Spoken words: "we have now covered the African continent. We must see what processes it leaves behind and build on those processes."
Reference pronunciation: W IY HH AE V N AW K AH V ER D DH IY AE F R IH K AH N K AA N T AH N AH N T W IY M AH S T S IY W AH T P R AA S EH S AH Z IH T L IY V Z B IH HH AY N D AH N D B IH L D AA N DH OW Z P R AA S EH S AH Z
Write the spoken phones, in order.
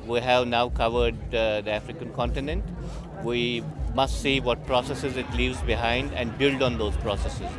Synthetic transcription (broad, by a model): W IY HH AE V N AW K AH V ER D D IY AE F R IH K AH N K AA N T AH N AH N T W IY M AH S T S IY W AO T P R AA S EH S AH Z IH T L IY V Z B IH HH AY N D AH N D B IH L D AA N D OW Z P R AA S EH S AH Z